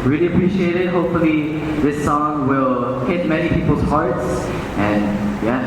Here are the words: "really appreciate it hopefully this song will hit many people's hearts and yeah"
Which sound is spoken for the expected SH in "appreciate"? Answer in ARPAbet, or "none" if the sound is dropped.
SH